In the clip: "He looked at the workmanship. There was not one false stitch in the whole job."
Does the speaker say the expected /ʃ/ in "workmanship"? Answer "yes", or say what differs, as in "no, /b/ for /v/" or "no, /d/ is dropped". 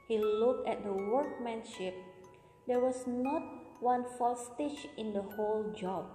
yes